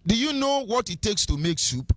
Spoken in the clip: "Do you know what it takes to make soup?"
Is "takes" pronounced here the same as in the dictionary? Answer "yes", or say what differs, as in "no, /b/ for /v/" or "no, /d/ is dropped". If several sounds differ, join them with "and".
yes